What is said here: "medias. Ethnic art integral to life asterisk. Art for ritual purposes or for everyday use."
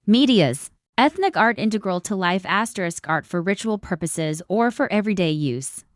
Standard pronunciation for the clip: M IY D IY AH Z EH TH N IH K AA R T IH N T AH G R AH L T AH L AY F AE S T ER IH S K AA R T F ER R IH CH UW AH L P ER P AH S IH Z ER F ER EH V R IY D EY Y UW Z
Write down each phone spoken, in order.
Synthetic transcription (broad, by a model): M IY D IY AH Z EH TH N IH K AA R T IH N T AH G R AH L T AH L AY F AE S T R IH S K AA R T F ER R IH CH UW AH L P ER P AH S IH Z ER F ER EH V R IY D EY Y UW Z